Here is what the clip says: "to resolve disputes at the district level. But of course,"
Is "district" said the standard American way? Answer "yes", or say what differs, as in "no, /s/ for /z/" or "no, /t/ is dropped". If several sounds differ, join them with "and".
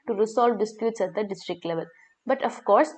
yes